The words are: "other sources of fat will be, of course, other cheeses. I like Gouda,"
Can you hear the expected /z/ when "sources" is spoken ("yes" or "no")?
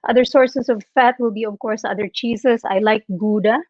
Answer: no